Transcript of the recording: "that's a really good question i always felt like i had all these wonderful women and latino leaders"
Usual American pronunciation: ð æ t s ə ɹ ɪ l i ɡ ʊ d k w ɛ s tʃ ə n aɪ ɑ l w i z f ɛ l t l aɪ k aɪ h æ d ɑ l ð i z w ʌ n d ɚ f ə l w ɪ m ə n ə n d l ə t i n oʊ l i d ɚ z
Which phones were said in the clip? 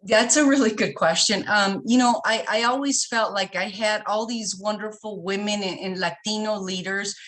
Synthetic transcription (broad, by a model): ð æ t s ə ɹ ɪ l i ɡ ʊ d k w ɛ s tʃ ə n aɪ ɑ l w i z f ɛ l t l aɪ k aɪ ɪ d ɑ l ð i z w ʌ n d ɚ f l w ɪ m ə n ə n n l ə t i n oʊ l i d ɚ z